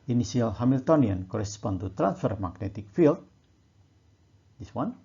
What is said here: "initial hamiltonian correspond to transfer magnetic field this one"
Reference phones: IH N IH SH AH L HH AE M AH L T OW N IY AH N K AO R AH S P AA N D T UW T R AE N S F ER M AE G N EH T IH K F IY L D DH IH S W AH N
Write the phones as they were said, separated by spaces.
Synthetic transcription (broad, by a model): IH N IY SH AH L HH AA M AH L T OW N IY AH N K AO R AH S P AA N T UW T R AE N S F ER M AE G N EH T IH K F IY L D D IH S W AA N